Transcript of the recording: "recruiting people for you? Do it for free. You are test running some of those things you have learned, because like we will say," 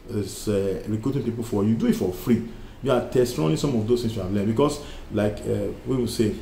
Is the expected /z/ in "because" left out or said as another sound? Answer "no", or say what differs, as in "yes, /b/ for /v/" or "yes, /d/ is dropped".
yes, /s/ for /z/